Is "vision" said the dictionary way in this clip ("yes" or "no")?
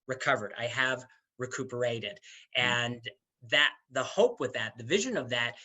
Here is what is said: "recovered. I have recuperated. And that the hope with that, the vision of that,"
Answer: yes